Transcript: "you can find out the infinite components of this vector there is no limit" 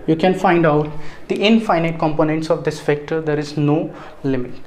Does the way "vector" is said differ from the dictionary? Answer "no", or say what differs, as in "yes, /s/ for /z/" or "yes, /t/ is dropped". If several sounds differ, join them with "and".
yes, /f/ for /v/